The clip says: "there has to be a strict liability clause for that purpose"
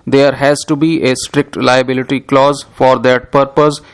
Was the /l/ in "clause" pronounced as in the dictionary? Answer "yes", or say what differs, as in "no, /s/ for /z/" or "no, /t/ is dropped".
yes